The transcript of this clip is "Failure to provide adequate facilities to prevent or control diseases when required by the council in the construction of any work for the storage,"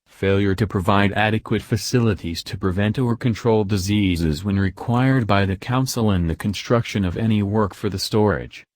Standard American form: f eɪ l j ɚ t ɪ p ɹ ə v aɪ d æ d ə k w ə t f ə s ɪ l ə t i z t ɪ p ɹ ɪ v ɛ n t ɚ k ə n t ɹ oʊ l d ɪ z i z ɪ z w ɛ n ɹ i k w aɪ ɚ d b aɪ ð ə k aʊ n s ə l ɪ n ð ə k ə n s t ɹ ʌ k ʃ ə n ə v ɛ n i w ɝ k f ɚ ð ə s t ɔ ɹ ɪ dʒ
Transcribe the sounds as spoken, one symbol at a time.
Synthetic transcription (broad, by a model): f eɪ l j ɚ t ɪ p ɹ ə v aɪ d æ d ə k w ə t f ə s ɪ l ə t i z t ɪ p ɹ ɪ v ɛ n t ɚ k ə n t ɹ oʊ l d ɪ z i z ɪ z w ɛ n ɹ i k w aɪ ɚ d b aɪ ð ə k aʊ n s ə l ɪ n ð ə k ə n s t ɹ ʌ k ʃ ə n ə v ɛ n i w ɝ k f ɚ ð ə s t ɔ ɹ ɪ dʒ